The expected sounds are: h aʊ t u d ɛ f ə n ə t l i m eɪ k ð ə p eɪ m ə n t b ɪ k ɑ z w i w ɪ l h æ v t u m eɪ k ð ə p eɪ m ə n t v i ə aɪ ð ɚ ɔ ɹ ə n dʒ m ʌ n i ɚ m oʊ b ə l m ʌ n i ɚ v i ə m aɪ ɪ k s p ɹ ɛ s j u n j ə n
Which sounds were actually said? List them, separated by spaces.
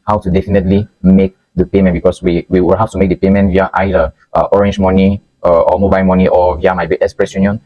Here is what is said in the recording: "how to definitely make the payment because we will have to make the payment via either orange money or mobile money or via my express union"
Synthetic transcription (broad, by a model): h aʊ t u d ɛ f ə n ə t l i m eɪ k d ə p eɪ m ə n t b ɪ k ɑ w w i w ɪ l h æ f t u m eɪ k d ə p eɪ m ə n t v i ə aɪ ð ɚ ɔ ɹ ə n dʒ m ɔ n i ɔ m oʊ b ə l m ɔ n i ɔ v i ə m aɪ ɪ k s p ɹ ɛ s j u n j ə n